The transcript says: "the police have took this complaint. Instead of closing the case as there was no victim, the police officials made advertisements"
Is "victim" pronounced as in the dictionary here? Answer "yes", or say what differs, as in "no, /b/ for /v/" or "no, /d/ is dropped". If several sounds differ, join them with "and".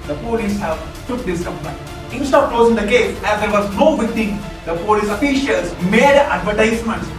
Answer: no, /k/ is dropped